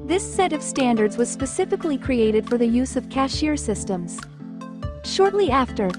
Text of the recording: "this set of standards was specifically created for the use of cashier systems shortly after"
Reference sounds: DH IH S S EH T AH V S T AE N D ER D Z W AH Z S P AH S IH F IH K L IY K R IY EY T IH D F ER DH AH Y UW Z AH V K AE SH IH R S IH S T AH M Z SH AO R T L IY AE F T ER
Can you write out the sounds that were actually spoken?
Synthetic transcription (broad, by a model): DH IH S S EH T AH V S T AE N D ER D Z W AH Z S P AH S IH F IH K L IY K R IY EY T IH D F ER DH AH Y UW Z AH V K AE SH IH R S IH S T AH M Z SH AO R T L IY AE F T ER